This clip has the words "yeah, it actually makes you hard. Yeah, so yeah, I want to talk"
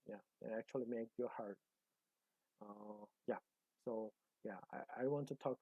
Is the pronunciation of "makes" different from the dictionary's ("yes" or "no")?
yes